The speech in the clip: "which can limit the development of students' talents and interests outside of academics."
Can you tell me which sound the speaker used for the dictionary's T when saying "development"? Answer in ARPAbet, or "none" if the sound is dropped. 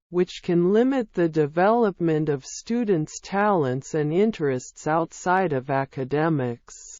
T